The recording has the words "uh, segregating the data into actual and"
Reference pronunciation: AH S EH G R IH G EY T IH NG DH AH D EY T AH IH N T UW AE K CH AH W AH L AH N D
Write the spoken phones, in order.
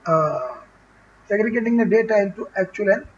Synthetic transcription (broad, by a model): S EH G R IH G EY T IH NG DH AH D EY T AH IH L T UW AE K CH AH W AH L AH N